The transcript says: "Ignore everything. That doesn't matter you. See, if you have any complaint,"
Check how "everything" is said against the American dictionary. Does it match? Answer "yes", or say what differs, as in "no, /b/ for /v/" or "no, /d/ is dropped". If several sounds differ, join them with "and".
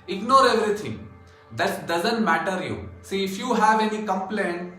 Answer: no, /t/ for /θ/